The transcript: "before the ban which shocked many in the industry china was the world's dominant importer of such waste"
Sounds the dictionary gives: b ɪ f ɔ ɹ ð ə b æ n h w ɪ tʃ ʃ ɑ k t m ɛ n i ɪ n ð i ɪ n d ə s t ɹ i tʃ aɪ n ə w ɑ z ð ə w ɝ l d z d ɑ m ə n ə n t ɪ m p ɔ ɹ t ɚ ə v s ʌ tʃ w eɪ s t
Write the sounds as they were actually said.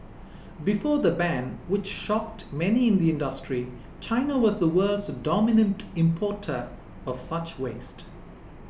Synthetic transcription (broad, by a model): b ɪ f ɔ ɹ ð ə b æ n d w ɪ tʃ ʃ ɑ k t m ɛ n i ɪ n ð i ɪ n d ə s t ɹ i tʃ aɪ n ə w ɑ z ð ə w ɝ l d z d ɑ m ə n ə n t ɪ m p ɔ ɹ t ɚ ə v s ʌ tʃ w eɪ s t